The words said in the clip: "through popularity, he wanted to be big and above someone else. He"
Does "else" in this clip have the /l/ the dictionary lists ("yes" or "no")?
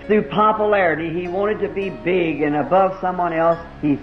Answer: yes